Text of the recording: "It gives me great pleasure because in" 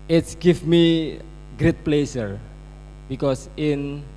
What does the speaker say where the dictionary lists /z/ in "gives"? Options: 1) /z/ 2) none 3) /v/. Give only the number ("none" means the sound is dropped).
2